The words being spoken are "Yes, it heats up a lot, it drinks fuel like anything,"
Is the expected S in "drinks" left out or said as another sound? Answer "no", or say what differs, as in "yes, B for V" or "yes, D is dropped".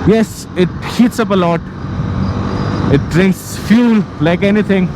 no